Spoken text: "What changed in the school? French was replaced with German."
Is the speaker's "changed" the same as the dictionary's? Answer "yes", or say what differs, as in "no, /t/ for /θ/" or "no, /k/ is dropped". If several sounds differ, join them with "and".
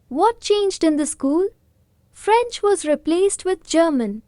yes